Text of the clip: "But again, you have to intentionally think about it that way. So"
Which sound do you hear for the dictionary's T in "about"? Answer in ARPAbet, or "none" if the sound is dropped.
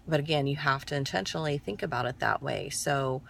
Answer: T